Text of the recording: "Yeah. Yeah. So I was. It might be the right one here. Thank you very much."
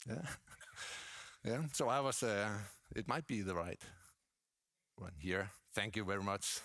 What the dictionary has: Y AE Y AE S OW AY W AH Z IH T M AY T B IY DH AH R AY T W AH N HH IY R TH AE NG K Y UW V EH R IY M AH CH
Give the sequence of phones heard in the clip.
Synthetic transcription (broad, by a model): Y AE Y AE S OW AY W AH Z IH T M AY T B IY DH AH R AY T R AH N HH IY R TH AE NG K Y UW V EH R IY M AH CH